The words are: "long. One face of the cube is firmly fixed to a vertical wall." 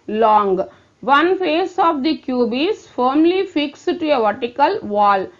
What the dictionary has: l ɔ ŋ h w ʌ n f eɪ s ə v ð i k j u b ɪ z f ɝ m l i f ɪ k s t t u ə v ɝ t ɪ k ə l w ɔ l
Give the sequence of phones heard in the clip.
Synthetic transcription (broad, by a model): l ɔ ŋ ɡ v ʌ n f eɪ s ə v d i k j u b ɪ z f ɝ m l i f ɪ k s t t u ə v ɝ t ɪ k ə l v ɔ l